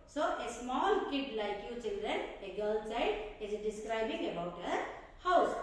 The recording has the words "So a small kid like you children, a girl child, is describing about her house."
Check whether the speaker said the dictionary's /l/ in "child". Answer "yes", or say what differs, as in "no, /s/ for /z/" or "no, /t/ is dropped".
no, /l/ is dropped